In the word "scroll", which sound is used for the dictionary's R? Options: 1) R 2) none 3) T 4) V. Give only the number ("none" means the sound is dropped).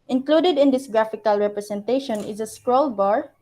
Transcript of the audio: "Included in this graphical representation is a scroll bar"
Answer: 1